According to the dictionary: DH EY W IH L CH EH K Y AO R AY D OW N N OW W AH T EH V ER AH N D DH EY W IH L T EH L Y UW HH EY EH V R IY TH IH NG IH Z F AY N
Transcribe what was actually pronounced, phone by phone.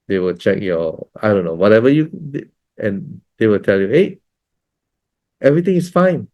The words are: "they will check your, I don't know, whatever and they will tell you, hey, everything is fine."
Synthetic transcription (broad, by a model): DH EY W IH L CH EH K Y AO AY D OW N N OW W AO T EH V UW AH N D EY W IH L T EH L Y UW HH EY EH V R IY T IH NG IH S F AY N